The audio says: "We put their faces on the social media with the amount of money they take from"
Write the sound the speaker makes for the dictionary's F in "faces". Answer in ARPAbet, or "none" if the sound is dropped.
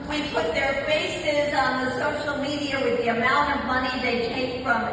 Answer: F